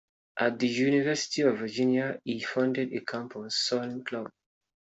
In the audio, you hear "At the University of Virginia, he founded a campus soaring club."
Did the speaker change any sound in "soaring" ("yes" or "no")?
yes